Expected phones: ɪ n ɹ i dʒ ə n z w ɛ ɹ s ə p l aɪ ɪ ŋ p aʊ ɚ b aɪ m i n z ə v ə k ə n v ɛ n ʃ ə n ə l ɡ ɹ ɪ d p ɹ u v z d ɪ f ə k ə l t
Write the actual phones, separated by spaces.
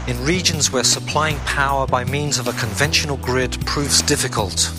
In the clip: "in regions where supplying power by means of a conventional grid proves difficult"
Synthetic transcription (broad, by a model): ɪ n ɹ i dʒ ə n z w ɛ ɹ s ə p l aɪ ɪ ŋ p aʊ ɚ b aɪ m i n z ə v ə k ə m v ɛ n ʃ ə n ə l ɡ ɹ ɪ d p ɹ u v z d ɪ f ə k ə l t